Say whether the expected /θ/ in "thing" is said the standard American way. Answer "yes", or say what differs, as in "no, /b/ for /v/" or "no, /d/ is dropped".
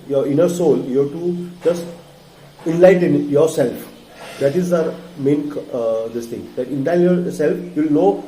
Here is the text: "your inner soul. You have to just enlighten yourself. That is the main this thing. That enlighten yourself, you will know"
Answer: no, /t/ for /θ/